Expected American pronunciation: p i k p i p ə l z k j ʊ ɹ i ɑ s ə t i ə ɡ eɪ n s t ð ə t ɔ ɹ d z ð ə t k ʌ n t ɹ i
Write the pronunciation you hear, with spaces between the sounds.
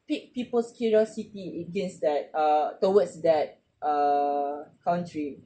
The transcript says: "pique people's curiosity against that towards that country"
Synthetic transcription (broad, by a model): p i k p i p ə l s k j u ɹ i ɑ s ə t i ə ɡ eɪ n s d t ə t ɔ w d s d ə t k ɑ n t ɹ i